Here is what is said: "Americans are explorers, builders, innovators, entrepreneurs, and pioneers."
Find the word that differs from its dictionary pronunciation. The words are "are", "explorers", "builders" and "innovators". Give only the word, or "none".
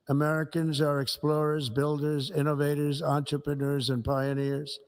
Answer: none